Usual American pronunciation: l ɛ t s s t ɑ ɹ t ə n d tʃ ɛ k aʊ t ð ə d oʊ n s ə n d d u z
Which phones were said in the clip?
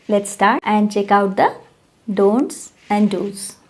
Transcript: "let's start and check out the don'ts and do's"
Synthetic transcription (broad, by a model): l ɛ t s s t ɑ ɹ t ə n d tʃ ɛ k aʊ t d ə d oʊ n s ə n d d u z